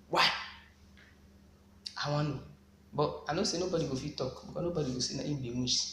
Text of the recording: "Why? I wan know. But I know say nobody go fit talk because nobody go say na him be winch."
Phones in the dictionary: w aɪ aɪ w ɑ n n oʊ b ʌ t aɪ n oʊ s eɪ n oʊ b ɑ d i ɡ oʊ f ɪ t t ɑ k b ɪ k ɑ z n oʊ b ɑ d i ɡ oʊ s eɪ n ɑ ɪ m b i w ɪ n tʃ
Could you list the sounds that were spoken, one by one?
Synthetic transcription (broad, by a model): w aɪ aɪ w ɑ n n oʊ b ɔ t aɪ n oʊ s eɪ n oʊ b ɑ d i ɡ oʊ f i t t ɑ k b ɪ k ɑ n oʊ b ɑ d i ɡ oʊ s eɪ n ɑ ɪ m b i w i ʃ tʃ